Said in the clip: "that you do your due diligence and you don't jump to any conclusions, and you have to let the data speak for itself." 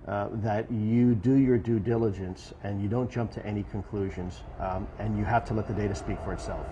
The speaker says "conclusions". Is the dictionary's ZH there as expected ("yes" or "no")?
yes